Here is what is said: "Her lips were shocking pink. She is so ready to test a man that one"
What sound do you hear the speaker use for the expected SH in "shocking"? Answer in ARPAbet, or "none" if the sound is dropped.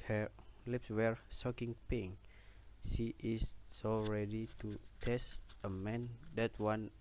S